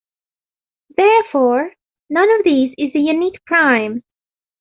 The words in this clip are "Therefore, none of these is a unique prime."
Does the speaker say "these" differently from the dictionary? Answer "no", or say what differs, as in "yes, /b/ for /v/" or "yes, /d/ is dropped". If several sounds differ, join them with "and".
no